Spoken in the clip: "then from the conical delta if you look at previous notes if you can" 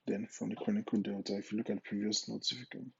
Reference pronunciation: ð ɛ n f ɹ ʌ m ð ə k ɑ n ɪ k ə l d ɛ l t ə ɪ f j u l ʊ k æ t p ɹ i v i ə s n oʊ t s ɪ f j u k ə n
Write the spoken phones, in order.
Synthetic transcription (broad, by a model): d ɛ n f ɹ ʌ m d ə k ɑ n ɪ k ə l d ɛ t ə ɪ f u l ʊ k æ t p ɹ i v i ə s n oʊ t ɪ f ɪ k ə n